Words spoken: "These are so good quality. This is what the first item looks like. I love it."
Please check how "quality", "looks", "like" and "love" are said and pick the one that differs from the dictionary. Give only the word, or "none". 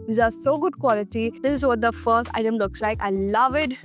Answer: none